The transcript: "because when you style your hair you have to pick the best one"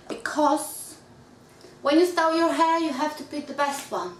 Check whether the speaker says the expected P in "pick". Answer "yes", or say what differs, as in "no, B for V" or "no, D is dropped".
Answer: no, B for P